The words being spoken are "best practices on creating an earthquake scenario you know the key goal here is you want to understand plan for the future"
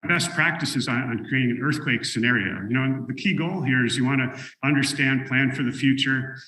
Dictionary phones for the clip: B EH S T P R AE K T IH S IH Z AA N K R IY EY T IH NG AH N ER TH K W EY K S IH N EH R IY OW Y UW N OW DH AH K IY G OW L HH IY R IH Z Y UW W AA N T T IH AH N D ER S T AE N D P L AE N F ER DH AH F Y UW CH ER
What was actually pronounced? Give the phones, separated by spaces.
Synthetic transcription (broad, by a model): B EH S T P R AE K T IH S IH Z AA N K R IY EY T IH NG AH N ER TH K W EY K S IH N EH R IY OW Y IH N OW DH AH K IY G OW L HH IY R IH Z Y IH W AA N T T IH AH N D ER S T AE N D P L AE N F ER DH AH F Y UW CH ER